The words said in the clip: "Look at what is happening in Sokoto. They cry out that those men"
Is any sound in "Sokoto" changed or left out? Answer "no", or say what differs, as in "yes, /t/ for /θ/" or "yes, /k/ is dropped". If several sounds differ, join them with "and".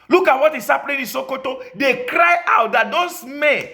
no